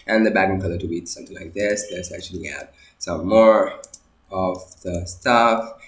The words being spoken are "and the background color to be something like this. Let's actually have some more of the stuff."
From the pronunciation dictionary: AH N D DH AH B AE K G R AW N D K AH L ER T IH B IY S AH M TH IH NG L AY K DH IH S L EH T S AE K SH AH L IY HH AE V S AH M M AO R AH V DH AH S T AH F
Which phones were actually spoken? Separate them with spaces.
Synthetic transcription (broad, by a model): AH N DH AH B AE G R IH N K AH L ER T IH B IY S AH M TH IH NG L AY K DH IH S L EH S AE K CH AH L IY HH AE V S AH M M AO R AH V DH AH S T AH F